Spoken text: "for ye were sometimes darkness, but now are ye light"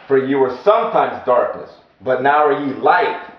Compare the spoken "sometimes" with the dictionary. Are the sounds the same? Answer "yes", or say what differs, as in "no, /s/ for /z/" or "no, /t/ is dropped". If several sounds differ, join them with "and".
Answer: yes